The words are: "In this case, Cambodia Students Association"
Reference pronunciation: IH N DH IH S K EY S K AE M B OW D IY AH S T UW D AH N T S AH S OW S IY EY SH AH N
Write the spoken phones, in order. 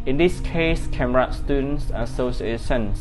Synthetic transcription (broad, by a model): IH N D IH S K EY S K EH M OW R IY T S T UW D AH N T S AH S OW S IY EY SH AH N